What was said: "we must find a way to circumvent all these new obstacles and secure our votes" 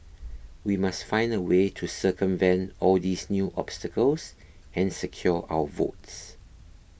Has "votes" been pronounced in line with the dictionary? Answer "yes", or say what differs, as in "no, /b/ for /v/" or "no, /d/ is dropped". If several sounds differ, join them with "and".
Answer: yes